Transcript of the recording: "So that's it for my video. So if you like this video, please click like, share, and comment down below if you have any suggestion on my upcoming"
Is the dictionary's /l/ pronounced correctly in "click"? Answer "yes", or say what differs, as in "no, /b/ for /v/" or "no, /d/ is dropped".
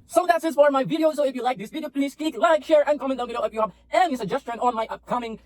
no, /l/ is dropped